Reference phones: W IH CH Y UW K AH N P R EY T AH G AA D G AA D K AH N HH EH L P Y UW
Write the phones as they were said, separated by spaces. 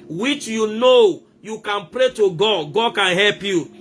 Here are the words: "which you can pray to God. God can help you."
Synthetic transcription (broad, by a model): W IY CH Y UW K AH N P R EY T AH G AA D G AA D K AH N HH EH L P Y UW